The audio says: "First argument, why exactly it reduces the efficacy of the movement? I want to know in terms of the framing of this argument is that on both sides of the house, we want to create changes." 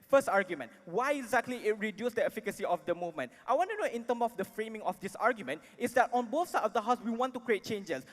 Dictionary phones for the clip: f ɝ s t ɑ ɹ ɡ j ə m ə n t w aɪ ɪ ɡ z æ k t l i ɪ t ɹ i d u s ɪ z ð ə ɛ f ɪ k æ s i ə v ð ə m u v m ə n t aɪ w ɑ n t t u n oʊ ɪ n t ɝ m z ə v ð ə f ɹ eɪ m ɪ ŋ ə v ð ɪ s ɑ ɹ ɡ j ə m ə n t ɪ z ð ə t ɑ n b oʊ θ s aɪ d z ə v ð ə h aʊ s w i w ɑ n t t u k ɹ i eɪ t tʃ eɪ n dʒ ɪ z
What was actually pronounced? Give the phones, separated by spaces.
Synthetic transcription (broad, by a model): f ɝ s t ɑ ɹ ɡ j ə m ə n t w aɪ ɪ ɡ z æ k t l i ɪ t ɹ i d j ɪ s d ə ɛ f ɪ k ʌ s i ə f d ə m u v m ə n t aɪ w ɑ n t t u n oʊ ɪ n t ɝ m ə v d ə f ɹ eɪ m ɪ ŋ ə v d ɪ s ɑ ɹ ɡ j ə m ə n t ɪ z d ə t ɑ n b oʊ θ s aɪ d ə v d ə h aʊ s w i w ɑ n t t u k ɹ i eɪ t tʃ eɪ n dʒ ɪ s